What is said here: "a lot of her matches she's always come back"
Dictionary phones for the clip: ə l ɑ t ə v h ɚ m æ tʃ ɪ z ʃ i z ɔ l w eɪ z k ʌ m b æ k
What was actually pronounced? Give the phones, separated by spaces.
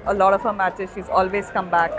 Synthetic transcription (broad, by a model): ə l ɑ t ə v h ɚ m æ tʃ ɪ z ʃ i z ɔ l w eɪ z k ʌ m b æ k